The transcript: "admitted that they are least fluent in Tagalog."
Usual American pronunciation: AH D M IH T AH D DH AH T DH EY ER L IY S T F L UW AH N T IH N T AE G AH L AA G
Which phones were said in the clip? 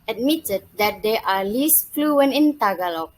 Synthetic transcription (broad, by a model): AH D M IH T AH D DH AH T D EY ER L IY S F L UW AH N IH N T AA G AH L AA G